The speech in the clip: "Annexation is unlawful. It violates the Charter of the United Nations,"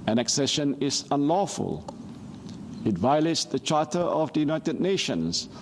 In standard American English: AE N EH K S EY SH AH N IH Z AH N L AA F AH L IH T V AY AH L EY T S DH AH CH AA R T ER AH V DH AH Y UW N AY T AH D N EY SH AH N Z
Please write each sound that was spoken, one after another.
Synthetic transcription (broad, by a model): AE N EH K S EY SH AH N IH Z AH N L AA F AH L IH T V AY AH L EY T S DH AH CH AA T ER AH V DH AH Y UW N AY T AH D N EY SH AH N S